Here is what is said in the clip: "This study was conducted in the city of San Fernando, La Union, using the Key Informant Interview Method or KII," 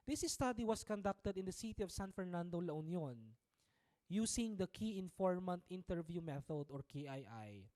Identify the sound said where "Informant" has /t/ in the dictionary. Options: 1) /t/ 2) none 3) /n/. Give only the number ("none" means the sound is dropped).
1